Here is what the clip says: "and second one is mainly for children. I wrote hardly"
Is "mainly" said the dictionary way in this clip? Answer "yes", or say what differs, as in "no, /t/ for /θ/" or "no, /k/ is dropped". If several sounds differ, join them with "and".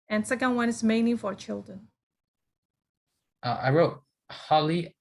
no, /l/ is dropped